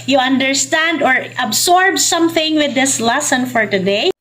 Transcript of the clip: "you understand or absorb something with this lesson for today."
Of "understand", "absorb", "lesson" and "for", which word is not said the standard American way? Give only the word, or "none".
absorb